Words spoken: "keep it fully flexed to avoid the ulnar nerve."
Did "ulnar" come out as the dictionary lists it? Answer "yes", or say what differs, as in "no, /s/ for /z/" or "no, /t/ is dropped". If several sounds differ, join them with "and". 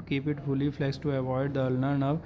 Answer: yes